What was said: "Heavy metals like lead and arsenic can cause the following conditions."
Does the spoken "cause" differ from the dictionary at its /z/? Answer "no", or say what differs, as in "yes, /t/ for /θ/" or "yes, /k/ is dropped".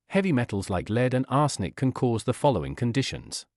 no